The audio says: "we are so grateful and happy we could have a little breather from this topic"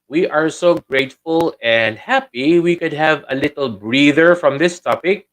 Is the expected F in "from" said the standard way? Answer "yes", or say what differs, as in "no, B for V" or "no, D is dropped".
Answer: yes